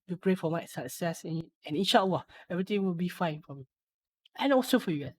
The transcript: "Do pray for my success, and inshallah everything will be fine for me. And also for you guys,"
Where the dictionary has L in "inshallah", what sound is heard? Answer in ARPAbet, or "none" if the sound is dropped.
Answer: W